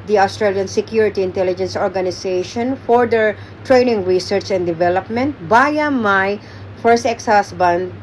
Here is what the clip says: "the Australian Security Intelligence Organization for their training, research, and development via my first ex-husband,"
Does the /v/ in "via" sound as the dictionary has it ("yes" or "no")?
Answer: no